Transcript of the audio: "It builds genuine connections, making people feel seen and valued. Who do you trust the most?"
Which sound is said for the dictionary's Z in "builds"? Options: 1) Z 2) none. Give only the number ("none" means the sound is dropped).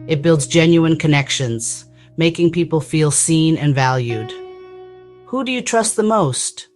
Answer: 1